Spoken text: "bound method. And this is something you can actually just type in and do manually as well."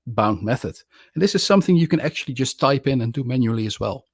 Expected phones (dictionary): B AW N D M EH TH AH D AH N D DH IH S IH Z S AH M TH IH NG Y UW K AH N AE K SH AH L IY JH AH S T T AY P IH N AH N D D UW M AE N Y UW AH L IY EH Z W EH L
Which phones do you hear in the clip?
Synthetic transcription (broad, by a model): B AW N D M EH TH AH D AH N DH IH S IH Z S AH M TH IH NG Y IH K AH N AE K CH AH L IY JH AH S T T AY P IH N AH N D D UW M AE N Y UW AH L IY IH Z W EH L